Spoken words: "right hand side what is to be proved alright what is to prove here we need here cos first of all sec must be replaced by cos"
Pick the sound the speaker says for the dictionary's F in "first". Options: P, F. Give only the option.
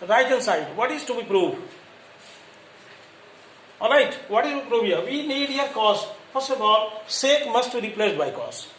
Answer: P